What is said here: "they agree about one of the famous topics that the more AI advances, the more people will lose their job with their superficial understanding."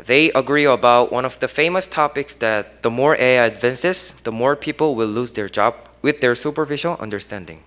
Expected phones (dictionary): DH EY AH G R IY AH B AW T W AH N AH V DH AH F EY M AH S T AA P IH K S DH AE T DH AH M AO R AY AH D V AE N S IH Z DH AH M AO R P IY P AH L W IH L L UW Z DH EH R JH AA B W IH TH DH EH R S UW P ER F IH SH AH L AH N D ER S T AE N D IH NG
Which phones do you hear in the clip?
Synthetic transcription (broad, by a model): DH EY AH G R IY AH B AW T W AH N AH V DH AH F EY M AH S T AA P IH K S DH AE T DH AH M AO R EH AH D V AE N S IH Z DH AH M AO R P IY P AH L W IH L L UW Z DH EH R JH AA B W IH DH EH R S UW P ER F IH SH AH L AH N D ER S T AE N D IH NG